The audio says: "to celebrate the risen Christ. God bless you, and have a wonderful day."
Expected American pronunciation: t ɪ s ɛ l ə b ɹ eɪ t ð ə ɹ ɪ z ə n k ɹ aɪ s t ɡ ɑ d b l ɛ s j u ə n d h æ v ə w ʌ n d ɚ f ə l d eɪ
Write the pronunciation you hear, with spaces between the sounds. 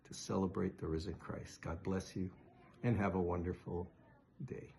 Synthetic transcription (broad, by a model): t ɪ s ɛ l ə b ɹ eɪ t ð ə ɹ ɪ z ə n k ɹ aɪ s t ɡ ɑ d b l ɛ s j u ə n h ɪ v ə w ʌ n d ɚ f l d eɪ